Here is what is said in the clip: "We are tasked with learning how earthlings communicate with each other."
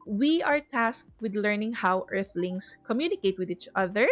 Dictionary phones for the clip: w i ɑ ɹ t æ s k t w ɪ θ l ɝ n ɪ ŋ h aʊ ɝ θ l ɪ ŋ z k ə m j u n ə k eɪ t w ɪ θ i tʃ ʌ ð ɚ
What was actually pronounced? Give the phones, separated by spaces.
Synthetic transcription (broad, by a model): w i ɑ ɹ t æ s k t w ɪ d l ɝ n ɪ ŋ h aʊ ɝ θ l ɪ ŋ s k ə m j u n ə k eɪ t w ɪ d i tʃ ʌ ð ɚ